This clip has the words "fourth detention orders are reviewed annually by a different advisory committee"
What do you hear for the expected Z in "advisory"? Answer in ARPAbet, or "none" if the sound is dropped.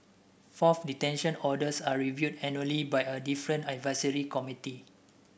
S